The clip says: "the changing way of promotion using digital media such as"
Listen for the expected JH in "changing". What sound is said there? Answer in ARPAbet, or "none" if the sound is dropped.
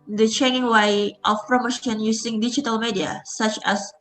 none